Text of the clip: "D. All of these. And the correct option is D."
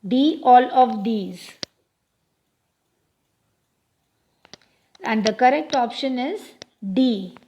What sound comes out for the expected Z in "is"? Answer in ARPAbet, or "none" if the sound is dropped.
Z